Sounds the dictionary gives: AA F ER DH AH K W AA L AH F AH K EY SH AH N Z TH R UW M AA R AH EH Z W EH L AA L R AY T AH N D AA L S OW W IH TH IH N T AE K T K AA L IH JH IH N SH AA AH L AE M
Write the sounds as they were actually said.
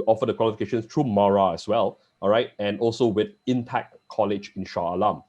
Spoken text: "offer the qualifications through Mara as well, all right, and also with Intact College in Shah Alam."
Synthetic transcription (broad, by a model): AA F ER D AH K W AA L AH F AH K EY SH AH N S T R UW M AA R AH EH S W EH L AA R AY T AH N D AA L S OW W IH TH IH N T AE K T K AA L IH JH IH N SH AA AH L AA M